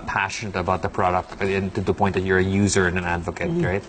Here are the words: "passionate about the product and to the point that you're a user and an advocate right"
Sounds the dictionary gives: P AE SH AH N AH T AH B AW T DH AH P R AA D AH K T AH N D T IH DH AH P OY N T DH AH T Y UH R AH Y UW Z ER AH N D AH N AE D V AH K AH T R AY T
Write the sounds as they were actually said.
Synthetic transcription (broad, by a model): P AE SH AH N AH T AH B AW T DH AH P R AA D AH K T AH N T IH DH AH P OY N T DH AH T Y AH R AH Y UW Z ER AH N AH N AE D V AH K AH T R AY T